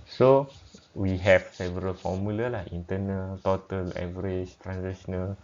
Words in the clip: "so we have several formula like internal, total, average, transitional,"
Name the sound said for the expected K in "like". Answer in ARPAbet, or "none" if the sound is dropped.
none